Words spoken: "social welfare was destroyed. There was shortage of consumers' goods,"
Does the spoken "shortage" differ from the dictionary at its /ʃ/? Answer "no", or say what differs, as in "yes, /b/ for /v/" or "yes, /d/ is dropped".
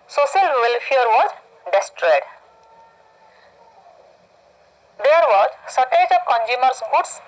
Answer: yes, /s/ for /ʃ/